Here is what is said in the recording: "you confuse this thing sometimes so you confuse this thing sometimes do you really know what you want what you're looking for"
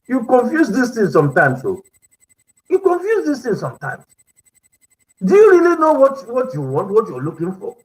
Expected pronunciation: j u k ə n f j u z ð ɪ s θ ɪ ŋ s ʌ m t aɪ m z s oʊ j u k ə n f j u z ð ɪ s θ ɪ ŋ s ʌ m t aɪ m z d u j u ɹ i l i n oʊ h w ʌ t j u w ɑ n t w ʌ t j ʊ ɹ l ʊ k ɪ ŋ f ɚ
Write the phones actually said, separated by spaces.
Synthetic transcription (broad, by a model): j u k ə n f j u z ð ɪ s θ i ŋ s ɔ m t aɪ m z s oʊ j u k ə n f j u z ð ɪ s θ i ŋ s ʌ m t aɪ m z d u j u ɹ i l i n oʊ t w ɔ t j u w ɑ n t w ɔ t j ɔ l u k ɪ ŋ f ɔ